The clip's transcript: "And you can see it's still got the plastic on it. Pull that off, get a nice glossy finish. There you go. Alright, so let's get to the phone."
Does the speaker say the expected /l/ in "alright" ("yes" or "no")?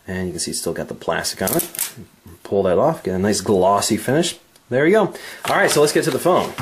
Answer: yes